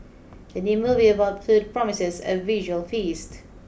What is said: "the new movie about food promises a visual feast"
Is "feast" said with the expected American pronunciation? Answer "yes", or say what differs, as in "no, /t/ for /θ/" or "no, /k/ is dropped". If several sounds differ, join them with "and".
yes